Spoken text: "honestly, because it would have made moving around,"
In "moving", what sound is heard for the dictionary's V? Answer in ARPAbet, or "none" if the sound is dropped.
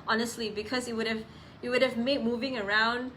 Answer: V